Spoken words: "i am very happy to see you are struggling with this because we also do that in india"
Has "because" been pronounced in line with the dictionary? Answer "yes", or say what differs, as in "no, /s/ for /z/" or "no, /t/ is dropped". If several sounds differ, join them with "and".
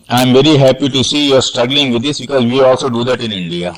yes